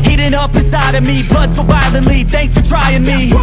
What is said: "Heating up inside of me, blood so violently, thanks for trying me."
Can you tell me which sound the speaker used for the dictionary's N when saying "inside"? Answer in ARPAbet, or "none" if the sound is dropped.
none